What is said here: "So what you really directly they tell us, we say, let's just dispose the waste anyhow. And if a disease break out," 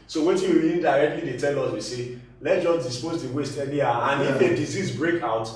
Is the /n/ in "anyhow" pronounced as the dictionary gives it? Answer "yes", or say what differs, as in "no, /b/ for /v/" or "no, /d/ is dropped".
no, /l/ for /n/